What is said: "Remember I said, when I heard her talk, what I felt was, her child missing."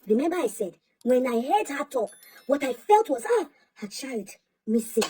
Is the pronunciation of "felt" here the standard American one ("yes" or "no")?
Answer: yes